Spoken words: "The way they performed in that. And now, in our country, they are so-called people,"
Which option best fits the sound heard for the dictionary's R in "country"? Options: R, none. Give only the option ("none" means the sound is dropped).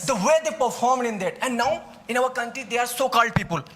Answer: R